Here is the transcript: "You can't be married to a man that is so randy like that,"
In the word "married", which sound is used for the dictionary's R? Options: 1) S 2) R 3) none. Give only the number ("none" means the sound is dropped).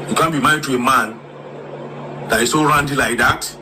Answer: 3